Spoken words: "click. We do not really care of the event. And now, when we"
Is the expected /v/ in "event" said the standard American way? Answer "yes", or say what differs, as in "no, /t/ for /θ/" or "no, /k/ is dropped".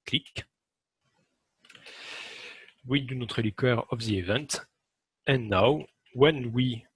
yes